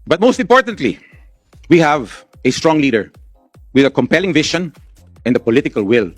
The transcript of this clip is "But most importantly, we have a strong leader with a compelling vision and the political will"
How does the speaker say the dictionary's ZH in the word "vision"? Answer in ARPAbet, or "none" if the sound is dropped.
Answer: SH